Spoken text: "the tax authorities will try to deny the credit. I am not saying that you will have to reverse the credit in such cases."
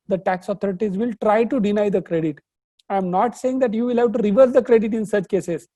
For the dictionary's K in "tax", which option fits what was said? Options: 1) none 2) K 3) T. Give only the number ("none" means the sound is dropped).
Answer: 2